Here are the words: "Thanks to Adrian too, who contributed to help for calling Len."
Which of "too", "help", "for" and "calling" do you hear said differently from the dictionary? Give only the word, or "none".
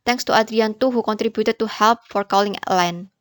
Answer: none